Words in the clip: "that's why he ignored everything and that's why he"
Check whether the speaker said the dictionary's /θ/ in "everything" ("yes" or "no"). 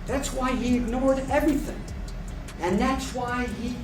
yes